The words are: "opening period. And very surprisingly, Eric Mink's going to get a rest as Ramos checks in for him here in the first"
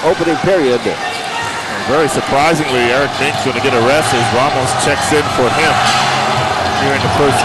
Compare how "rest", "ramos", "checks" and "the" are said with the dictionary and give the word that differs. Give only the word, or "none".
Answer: ramos